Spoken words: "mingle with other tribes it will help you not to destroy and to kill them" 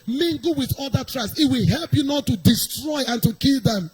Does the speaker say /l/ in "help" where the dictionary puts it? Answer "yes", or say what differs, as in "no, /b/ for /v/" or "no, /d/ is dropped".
yes